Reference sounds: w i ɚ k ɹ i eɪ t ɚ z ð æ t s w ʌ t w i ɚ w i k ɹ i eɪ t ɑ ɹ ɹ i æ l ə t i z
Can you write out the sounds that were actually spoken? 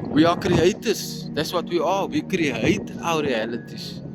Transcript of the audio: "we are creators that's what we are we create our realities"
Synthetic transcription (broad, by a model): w i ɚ k ɹ i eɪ t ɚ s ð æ t s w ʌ t w i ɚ w i k ɹ i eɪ t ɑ w ɹ i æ l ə t i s